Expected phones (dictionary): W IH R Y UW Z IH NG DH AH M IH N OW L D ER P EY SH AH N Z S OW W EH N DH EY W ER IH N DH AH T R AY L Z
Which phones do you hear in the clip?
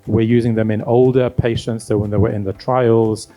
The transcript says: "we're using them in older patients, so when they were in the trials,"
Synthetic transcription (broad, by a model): W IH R Y UW Z IH NG DH AH M IH N OW L D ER P EY SH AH N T S OW W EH N DH EY W ER IH N DH AH T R AY L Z